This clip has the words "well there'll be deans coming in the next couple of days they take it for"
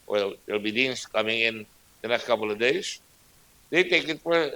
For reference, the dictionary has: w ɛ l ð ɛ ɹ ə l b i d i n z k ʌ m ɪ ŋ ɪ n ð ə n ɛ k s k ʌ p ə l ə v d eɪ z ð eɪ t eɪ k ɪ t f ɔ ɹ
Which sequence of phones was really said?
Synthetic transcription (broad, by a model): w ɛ l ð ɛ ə l b i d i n s k ʌ m ɪ ŋ ɪ n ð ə n ɛ k s k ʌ p l ə v d eɪ s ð eɪ t eɪ k ɪ t f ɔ ɹ